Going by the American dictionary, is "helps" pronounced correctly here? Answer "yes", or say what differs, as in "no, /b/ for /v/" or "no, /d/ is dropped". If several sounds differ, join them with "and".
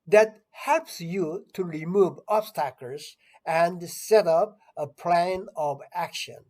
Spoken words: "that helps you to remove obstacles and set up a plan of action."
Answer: yes